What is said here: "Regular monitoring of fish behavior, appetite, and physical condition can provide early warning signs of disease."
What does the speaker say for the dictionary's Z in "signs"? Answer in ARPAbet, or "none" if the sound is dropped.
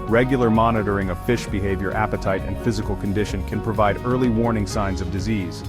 Z